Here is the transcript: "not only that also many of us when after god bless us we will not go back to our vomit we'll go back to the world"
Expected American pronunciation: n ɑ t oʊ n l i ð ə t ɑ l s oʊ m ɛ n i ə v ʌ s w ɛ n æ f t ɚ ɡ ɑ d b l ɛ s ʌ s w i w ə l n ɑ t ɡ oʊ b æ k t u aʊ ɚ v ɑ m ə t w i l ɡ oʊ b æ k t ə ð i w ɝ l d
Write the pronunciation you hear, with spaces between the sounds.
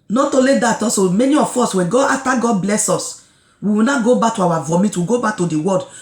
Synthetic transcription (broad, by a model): n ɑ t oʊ l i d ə t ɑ s oʊ m ɛ n i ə f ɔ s w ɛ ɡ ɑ f t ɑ ɡ ɑ d b l ɛ s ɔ s w i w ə n ɑ ɡ oʊ b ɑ k t u aʊ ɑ v ɑ m ə t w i ɡ oʊ b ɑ k t ə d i w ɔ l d